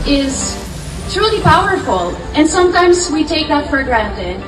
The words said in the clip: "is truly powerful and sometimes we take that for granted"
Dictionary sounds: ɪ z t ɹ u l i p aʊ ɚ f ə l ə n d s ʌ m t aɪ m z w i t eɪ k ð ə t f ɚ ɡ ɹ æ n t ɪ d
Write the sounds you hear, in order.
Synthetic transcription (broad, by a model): ɪ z t ɹ u l i p aʊ ɚ f ə l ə n s ʌ m t aɪ m z w i t eɪ k ð ə t f ɚ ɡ ɹ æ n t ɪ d